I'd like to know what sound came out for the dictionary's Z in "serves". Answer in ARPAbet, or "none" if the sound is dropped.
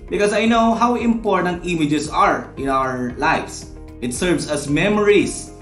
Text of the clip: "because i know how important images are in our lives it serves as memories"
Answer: S